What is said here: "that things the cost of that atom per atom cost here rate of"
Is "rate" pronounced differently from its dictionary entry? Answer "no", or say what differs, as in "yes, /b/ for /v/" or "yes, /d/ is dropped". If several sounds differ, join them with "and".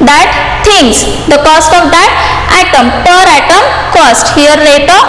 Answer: yes, /l/ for /ɹ/